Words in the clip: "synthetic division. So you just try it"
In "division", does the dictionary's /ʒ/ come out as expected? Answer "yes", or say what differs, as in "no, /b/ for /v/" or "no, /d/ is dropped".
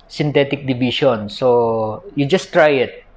no, /ʃ/ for /ʒ/